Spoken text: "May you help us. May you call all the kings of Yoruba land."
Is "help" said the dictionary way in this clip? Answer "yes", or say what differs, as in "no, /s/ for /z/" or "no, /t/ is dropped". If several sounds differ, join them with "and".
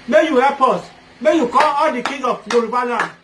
no, /l/ is dropped